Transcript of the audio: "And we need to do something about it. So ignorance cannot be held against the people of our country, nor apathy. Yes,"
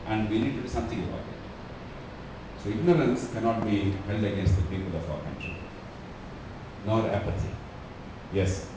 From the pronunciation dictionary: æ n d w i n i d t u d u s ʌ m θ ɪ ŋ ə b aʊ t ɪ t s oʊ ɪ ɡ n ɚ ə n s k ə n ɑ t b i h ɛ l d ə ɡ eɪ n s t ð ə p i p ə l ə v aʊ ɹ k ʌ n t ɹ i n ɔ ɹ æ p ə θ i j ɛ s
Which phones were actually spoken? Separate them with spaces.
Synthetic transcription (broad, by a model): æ n d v i n i d t u d u s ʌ m t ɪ ŋ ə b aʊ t ɪ t s oʊ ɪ ɡ n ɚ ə n s k ə n ɑ t b i h ɛ l d ə ɡ eɪ n s t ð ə p i p ə l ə f aʊ ɹ k ʌ n t ɹ i n ɔ ɹ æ p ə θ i j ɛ s